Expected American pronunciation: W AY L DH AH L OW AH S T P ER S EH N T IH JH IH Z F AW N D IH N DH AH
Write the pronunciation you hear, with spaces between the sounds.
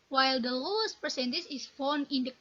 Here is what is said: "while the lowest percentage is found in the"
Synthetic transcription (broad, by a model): W AY L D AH L OW AH S T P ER S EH N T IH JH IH S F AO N IH N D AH